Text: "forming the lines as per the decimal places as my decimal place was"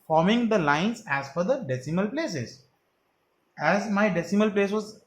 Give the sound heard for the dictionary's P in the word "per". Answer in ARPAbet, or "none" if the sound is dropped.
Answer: F